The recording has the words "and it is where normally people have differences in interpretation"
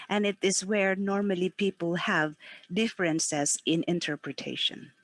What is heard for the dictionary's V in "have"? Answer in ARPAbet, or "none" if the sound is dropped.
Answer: V